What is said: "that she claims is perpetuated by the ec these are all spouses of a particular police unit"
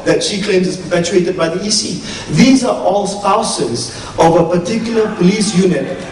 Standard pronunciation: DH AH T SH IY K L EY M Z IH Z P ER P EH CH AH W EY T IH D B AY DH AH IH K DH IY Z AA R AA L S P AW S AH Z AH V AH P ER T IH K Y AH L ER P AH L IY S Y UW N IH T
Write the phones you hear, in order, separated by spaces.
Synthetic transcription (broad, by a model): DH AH T SH IY K L EY M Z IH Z P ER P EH CH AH EY T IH D B AY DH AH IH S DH IY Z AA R AA L S P AW S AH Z AH V AH P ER T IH K Y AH L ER P AH L IY S Y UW N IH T